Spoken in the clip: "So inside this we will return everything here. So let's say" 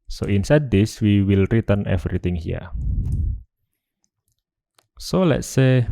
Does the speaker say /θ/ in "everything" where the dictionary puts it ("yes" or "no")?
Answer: no